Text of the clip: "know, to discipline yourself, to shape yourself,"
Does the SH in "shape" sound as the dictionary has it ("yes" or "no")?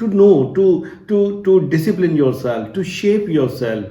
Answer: yes